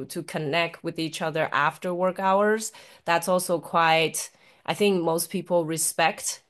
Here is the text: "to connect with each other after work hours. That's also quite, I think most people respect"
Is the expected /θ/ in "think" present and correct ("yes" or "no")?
yes